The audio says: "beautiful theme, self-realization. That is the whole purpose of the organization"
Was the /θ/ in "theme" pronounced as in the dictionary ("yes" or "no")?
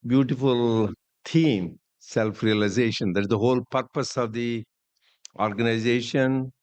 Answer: no